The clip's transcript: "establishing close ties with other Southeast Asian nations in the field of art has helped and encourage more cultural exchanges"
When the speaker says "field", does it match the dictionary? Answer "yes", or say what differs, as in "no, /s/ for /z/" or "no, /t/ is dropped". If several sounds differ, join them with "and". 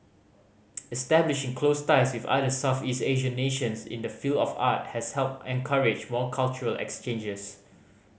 yes